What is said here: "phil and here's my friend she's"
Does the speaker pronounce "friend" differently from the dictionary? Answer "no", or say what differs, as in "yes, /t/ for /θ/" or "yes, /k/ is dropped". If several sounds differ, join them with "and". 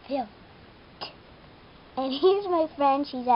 no